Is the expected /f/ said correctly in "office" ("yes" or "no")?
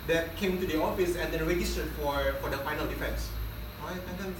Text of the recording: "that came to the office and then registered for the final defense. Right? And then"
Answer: yes